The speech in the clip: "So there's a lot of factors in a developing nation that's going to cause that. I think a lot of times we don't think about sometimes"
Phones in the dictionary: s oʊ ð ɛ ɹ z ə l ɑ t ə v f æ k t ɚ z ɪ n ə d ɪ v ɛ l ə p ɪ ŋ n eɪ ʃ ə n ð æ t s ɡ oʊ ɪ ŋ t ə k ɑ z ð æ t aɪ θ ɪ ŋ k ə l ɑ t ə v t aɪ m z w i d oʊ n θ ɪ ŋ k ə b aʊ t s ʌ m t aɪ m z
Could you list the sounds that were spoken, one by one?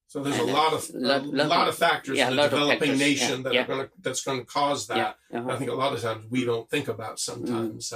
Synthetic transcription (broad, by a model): s oʊ ð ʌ ɹ z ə l ɑ t ə v f æ k t ɚ z ə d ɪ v ɛ l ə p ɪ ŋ n eɪ ʃ ə n ð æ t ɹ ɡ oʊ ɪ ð t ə k ɑ z ð æ t aɪ θ ɪ ŋ k ə l ɑ t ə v t aɪ m z w i d oʊ n θ ɪ ŋ k ə b aʊ t s ʌ m t aɪ m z